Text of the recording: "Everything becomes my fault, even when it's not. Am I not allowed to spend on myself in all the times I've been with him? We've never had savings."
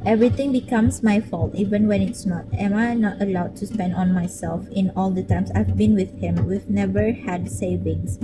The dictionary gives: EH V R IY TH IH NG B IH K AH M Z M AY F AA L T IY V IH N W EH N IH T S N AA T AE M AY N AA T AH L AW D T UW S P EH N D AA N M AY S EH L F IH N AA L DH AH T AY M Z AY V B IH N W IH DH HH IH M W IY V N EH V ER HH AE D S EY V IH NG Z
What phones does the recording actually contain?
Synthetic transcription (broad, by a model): EH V R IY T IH NG B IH K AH M S M AY F AA L T IY V IH N W EH N IH T S N AA T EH M AY N AA T AH L AW D T UW S P EH N D AA N M AY S EH L F IH N AA L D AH T AY M S AY V B IH N W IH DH HH IH M W IY V N EH V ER HH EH D S EY V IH NG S